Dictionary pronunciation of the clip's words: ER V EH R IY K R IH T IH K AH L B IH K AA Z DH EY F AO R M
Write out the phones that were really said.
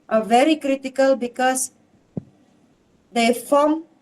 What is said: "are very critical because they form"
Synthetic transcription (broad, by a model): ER V EH R IY K R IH T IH K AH L B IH K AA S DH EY F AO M